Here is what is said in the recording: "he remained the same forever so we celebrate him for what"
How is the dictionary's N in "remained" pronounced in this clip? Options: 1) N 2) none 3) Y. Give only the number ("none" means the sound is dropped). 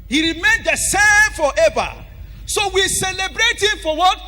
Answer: 1